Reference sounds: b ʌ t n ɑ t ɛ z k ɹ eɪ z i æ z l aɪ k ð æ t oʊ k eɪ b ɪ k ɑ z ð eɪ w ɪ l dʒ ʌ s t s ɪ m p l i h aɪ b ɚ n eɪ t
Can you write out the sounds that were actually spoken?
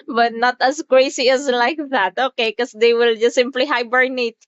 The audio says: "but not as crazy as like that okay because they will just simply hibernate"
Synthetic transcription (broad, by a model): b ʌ t n ɑ t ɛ s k ɹ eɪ s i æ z l aɪ k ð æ t oʊ k eɪ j k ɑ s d eɪ w ɪ l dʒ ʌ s s ɪ m p l i h aɪ b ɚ n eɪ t